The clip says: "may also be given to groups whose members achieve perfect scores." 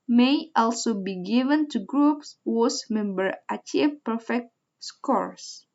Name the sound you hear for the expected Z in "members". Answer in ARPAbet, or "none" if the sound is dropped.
none